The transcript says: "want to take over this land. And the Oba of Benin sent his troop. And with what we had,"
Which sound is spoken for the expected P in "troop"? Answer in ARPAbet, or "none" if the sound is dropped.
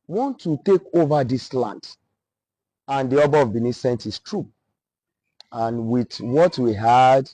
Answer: none